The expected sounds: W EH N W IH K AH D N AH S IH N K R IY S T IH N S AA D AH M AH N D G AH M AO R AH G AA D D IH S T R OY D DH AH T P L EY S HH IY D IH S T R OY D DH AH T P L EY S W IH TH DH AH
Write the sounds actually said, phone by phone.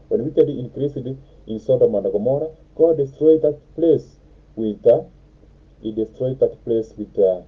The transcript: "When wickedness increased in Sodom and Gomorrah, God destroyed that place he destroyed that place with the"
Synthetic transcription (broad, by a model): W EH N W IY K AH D AH IH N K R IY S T IH N S AA D AH M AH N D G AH M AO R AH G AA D D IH S T R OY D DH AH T P L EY S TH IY D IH S T R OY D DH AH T P L EY S W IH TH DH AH